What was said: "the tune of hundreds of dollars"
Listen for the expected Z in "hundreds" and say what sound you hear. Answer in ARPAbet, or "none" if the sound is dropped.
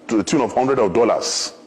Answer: none